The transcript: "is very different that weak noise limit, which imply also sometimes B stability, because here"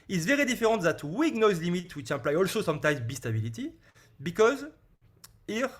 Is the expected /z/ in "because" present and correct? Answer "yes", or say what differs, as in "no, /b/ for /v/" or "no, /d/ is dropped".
yes